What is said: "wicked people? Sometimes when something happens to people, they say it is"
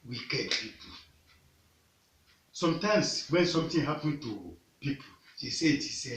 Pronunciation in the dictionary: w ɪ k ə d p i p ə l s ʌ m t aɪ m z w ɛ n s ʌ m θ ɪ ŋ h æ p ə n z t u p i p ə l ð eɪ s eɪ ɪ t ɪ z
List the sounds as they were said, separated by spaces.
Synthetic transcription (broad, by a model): w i k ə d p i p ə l s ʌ m t aɪ m s w ɛ n s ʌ m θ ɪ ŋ h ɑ p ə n t u p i p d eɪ s eɪ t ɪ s